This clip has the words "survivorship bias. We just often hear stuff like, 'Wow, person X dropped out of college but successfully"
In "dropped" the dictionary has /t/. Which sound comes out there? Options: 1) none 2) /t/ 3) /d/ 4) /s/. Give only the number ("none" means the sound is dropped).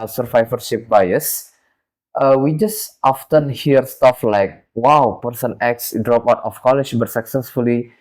1